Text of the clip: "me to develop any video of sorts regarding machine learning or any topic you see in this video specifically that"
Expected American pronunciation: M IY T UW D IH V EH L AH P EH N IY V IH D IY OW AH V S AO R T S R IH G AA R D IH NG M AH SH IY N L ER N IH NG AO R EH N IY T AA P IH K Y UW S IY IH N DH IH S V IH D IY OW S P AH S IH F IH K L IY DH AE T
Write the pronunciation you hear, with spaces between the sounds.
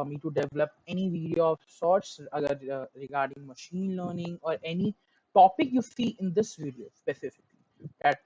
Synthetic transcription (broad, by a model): M IY T UW D IH V EH L AH P EH N IY V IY D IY OW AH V S AO R T S R IH G AA R D IH NG M AH SH IY N L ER N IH NG AO R EH N IY T AA P IH K Y UW S IY IH N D IH S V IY D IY OW S P AH S IH F IH K L IY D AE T